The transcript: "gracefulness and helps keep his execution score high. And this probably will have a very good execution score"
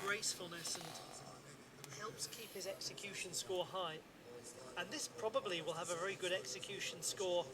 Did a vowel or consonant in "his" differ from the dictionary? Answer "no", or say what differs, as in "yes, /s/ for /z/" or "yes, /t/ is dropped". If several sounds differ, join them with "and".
no